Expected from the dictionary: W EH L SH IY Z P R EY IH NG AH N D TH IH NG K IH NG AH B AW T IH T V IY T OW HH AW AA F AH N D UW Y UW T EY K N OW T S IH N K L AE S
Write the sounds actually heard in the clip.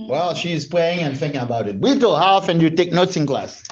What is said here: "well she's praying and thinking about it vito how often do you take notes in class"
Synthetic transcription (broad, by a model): W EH L SH IY Z P L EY IH NG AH N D TH IH NG K IH NG AH B AW T IH T W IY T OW HH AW AA F AH N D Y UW T EY K N OW T S IH N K L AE S